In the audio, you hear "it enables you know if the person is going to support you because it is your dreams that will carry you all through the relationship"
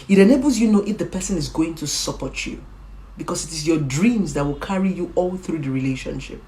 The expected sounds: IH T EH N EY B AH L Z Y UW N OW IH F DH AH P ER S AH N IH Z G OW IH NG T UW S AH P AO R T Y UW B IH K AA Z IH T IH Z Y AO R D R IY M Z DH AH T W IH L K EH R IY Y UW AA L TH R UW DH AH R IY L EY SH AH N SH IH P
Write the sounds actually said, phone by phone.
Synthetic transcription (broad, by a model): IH T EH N EY B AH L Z Y UW N OW IH F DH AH P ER S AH N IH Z G OW IH NG T UW S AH P AO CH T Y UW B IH K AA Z IH T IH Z Y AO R D R IY M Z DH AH T W IH L K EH R IY Y UW AA L TH R UW DH AH R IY L EY SH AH N SH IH P